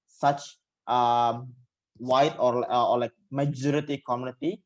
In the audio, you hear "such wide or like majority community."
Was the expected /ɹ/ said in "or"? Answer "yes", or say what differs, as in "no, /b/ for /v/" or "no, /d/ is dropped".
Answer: no, /l/ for /ɹ/